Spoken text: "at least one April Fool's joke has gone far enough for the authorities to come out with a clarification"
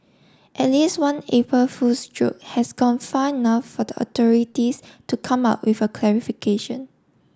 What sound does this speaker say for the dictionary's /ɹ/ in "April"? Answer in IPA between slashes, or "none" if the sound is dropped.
none